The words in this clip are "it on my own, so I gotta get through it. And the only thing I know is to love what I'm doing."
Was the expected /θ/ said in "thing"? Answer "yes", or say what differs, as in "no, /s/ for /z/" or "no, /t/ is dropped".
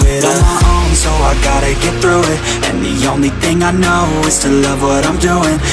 yes